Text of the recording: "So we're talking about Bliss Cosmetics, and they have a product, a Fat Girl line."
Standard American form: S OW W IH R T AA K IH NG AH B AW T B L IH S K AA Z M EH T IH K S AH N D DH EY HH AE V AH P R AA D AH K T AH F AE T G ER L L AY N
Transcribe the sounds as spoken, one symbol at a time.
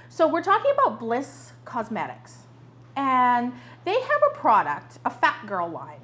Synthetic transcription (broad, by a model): S OW W IH R T AA K IH NG AH B AW T B L IH S K AA Z M EH T IH K S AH N DH EY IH V AH P R AA D AH K T AH F AE T G ER L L AY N